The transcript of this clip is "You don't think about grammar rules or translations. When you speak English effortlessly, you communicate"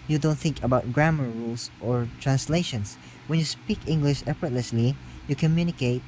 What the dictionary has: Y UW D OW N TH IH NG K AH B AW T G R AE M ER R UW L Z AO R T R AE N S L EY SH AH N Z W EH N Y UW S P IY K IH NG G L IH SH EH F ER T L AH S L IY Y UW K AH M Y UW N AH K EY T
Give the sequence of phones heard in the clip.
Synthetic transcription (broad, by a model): Y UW D OW N TH IH NG K AH B AW T G R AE M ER R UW L S AO R T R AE N S L EY SH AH N S W EH N Y UW S P IY K IH NG G L IH SH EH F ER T L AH S L IY Y UW K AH M Y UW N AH K EY T